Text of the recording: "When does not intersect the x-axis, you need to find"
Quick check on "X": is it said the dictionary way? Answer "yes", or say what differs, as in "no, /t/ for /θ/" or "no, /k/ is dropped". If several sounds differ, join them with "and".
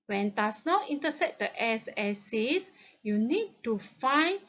no, /k/ is dropped